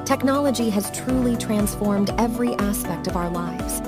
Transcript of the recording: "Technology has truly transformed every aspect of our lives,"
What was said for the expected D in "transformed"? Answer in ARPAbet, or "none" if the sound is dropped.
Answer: D